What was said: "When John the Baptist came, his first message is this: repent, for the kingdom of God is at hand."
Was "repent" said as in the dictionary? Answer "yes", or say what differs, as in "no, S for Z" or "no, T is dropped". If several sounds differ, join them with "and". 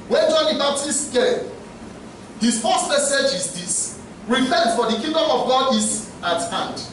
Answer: no, F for P